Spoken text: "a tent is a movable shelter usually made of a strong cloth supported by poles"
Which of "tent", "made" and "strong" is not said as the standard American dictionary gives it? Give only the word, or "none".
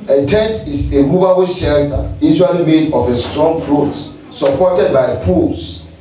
none